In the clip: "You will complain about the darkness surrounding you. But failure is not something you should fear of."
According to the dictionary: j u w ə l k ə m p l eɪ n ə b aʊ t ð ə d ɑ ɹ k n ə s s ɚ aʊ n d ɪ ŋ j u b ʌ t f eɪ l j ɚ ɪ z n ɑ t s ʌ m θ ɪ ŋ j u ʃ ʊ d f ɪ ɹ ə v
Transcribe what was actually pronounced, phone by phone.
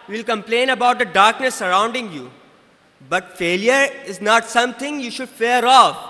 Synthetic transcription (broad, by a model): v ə l k ə m p l eɪ n ə b aʊ t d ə d ɑ ɹ k n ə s s ɚ aʊ n d ɪ ŋ j u b ʌ t f eɪ l j ɚ ɪ z n ɑ t s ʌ m t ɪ ŋ j u ʃ ʊ d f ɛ ɹ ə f